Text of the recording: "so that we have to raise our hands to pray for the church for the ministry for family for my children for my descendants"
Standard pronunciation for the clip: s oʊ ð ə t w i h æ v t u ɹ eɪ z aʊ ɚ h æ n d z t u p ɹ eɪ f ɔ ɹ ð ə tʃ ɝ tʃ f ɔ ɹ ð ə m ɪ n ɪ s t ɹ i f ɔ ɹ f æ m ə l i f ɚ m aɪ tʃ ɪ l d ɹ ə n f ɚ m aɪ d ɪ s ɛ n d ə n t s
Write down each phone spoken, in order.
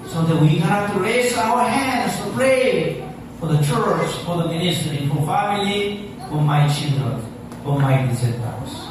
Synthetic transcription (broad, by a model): s oʊ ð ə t w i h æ f t u ɹ eɪ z aʊ ɚ h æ n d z t u p ɹ eɪ f ɔ ɹ ð ə tʃ ɝ tʃ f ɔ ɹ ð ə m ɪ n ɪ s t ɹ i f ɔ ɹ f æ m ə l i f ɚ m aɪ tʃ ɪ l d ɹ ə n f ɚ m aɪ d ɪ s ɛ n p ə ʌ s